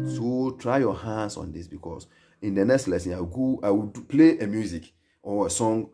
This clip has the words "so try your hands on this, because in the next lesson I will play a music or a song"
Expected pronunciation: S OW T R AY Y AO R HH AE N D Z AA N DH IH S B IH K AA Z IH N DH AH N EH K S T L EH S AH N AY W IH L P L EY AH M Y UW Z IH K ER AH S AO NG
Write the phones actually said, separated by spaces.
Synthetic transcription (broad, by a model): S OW T R AY Y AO HH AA N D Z AA N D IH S B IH K AA S IH N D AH N EH K S T L EH S AH N AY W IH W P L EY AH M Y UW Z IH K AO AH S AO NG